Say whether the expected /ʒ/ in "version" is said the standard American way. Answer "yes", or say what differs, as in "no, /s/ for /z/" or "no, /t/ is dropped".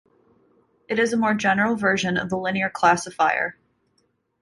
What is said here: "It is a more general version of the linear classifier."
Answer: yes